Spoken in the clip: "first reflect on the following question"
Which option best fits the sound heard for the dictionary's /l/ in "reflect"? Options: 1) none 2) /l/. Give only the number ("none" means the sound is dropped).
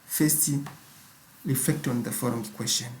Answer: 2